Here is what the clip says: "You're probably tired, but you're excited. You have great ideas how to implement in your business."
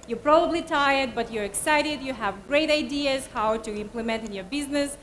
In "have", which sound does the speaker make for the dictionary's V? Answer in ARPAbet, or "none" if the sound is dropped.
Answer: V